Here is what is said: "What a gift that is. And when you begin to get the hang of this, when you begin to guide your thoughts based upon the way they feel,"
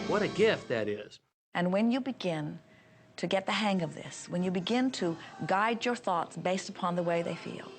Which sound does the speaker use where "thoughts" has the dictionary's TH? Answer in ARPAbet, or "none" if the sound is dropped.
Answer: TH